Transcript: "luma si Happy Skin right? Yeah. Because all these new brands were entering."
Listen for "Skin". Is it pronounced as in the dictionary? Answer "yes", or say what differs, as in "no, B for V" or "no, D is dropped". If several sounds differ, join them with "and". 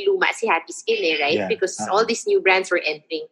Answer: no, L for N